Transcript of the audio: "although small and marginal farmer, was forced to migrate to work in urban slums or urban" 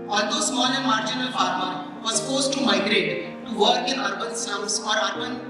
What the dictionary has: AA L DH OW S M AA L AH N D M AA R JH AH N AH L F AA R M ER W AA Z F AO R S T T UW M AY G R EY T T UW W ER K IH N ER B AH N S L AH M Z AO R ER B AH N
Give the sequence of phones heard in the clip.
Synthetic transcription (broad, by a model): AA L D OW S M AA L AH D M AA R JH AH N AH L F AA R M ER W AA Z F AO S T T UW M AY G R EY T T UW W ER K IH N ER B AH N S AH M S AO R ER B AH N